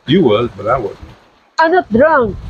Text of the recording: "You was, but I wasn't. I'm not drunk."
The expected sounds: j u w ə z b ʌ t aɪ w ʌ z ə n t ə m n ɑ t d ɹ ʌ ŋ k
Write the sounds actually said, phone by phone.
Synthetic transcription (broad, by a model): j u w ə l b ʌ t aɪ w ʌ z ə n ə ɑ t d ɹ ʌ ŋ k